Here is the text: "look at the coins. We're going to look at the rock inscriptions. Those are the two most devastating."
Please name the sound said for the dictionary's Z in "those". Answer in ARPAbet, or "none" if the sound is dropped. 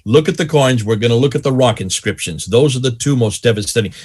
Z